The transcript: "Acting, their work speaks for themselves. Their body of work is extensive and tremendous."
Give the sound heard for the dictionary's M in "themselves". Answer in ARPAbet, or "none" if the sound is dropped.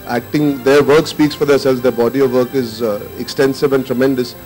none